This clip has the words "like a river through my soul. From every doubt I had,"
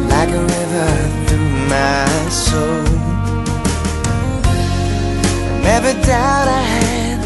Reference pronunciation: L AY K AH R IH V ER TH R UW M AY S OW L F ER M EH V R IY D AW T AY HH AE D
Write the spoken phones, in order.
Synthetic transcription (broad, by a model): L AY K AH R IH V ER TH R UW M AY S OW L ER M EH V IY D AW T AY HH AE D